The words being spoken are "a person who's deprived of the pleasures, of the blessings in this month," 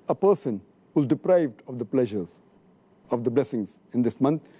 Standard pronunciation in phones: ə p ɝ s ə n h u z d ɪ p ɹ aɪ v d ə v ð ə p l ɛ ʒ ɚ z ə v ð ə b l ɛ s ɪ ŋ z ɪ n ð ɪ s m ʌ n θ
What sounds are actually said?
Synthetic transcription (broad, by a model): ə p ɝ s ə n h u z d ɪ p ɹ aɪ v d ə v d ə p l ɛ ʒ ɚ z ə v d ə b l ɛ s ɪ ŋ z ɪ n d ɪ s m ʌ n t